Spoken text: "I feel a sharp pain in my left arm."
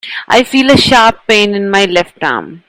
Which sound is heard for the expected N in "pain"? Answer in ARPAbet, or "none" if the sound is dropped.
N